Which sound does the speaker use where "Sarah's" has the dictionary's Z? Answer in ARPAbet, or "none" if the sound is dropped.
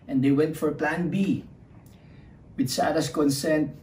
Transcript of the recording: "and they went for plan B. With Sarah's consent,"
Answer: S